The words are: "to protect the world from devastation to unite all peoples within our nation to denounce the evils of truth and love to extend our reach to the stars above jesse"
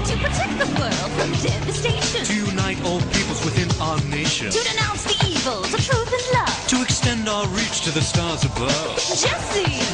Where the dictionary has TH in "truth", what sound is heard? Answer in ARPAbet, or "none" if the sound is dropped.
TH